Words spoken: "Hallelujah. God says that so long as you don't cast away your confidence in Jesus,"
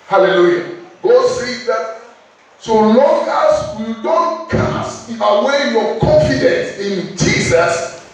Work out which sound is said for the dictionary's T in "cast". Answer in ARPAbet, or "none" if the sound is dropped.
none